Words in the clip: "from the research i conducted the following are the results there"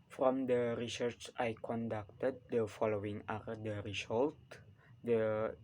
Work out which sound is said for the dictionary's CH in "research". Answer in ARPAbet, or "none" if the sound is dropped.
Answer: CH